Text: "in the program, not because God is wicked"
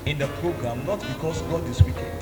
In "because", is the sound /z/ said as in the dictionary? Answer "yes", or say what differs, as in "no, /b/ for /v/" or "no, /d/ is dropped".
no, /s/ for /z/